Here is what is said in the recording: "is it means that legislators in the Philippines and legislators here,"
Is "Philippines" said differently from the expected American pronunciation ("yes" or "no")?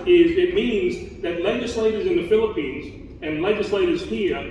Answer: no